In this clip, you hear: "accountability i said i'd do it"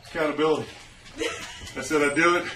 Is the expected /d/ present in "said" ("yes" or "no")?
yes